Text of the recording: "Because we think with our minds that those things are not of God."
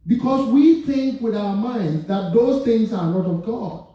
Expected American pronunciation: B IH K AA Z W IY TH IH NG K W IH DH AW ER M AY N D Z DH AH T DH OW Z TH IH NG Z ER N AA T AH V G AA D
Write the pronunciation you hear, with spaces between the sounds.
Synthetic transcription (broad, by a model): B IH K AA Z W IY TH IH NG K W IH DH AW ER M AY N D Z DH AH T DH OW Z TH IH NG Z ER N AA T AH V G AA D